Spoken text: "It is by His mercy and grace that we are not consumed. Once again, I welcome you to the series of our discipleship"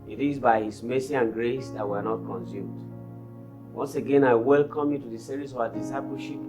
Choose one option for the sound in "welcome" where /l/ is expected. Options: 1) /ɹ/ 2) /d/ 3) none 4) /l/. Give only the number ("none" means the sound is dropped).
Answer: 4